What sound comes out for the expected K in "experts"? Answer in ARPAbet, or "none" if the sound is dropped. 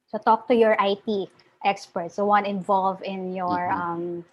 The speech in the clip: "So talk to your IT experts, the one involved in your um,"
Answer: K